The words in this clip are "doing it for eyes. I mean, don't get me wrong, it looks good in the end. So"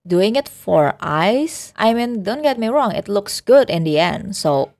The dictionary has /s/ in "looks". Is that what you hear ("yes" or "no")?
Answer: yes